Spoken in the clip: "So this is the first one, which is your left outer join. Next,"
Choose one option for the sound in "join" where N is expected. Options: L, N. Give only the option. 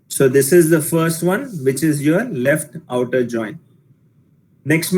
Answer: N